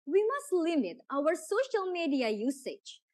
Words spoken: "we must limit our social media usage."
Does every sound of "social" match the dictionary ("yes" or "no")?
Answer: yes